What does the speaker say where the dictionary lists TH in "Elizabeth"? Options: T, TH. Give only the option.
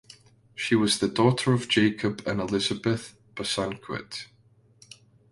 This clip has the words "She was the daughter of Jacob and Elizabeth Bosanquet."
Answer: TH